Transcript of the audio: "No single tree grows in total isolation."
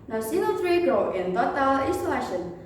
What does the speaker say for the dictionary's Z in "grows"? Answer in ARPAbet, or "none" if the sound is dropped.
none